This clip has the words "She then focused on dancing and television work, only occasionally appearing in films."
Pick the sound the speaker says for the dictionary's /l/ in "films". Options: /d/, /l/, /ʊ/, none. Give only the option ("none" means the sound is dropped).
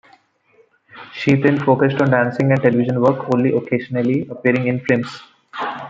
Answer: none